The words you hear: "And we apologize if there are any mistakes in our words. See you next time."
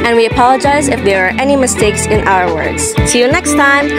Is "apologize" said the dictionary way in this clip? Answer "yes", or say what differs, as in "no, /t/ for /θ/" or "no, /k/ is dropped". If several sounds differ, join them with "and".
yes